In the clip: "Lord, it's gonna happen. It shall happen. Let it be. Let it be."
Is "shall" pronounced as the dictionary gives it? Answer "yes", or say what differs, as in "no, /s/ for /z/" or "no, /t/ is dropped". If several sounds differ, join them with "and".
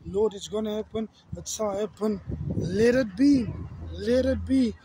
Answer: no, /s/ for /ʃ/